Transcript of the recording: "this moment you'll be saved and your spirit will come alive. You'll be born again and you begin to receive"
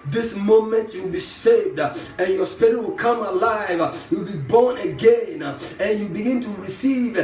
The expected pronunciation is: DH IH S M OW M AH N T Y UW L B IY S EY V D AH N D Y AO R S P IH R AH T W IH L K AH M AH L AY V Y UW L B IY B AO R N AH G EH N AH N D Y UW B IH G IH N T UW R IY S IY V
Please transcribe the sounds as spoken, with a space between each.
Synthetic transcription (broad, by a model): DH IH S M OW M AH N T Y UW L B IY S EY V D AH N Y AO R S P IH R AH W IH L K AH M AH L AY V Y UW L B IY B AO R N AH G EH N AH N Y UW B IH G IH N T UW R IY S IY V